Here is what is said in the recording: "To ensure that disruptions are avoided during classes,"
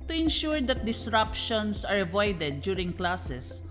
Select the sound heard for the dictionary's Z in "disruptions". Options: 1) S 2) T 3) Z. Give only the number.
1